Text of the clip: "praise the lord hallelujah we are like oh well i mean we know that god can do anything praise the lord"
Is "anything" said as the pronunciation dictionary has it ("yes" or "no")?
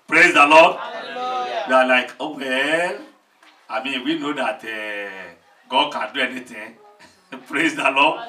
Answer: no